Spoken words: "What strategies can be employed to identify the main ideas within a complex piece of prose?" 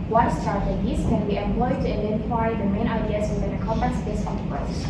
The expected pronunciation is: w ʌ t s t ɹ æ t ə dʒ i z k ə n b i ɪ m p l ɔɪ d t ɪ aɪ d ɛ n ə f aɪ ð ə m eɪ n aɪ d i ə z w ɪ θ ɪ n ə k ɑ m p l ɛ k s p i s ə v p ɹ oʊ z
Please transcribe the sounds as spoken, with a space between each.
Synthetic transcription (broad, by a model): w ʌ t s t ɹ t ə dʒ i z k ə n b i ɪ m p l ɔɪ d t ɪ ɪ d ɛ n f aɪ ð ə m eɪ n aɪ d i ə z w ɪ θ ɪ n ə k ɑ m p ɛ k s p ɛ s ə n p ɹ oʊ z